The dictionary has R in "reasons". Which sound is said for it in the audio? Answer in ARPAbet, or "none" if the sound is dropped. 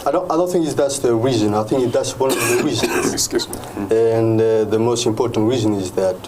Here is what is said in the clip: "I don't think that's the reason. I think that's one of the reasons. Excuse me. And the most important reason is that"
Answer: W